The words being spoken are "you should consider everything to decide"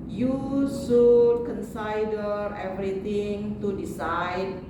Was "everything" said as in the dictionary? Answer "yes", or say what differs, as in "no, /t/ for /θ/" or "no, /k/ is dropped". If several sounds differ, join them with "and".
no, /t/ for /θ/